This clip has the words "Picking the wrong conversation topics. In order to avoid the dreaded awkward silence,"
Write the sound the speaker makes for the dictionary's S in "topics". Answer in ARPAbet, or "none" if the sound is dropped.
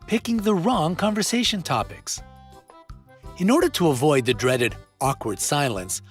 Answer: S